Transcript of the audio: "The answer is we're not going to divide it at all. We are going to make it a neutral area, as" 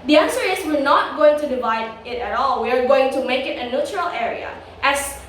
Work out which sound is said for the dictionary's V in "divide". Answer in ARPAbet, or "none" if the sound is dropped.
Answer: V